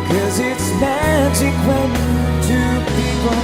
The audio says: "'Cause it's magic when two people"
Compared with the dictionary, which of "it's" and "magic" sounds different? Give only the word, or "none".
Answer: none